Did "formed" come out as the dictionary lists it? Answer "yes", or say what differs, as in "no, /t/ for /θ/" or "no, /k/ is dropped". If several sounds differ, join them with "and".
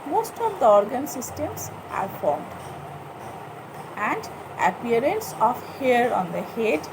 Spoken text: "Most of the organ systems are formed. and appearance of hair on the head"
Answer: yes